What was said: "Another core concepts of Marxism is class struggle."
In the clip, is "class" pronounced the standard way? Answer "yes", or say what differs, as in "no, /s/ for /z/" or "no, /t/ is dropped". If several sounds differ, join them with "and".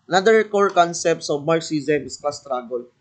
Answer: no, /l/ is dropped